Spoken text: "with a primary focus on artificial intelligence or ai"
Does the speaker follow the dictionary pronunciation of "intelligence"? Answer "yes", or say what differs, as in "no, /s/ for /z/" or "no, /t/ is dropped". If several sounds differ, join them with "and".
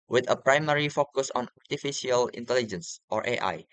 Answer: yes